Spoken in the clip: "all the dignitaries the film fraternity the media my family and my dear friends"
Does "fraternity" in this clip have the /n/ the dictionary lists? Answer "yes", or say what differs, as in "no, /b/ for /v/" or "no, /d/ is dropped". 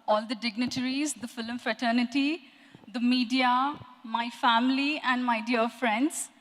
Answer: yes